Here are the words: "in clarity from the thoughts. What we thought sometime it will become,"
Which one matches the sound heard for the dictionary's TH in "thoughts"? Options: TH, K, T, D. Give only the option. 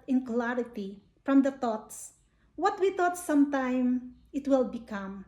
T